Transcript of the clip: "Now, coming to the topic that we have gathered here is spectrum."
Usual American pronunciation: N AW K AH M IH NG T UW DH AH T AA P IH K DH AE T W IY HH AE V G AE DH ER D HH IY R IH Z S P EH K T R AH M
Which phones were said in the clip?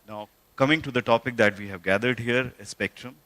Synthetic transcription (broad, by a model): N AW K AH M IH NG T UW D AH T AA P IH K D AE T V IY HH AE V G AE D ER D HH IY R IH S P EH K T R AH M